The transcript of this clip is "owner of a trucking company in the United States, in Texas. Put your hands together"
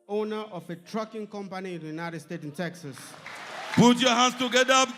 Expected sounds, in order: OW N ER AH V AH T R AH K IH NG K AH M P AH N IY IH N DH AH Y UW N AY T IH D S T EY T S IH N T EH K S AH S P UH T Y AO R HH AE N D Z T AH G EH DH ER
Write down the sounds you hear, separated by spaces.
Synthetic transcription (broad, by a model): OW N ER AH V AH T R AH K IH NG K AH M P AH N IY IH N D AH Y UW N AY T IH D S T EY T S IH N T EH K S AH S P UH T Y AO HH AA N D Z T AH G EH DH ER